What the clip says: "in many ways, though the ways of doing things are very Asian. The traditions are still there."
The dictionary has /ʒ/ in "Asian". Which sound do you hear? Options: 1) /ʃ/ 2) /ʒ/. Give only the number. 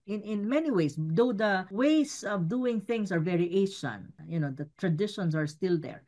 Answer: 1